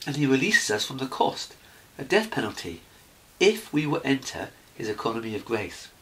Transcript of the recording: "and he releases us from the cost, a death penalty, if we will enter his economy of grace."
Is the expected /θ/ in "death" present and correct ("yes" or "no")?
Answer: yes